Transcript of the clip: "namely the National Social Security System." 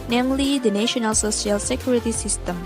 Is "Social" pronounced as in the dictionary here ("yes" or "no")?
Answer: no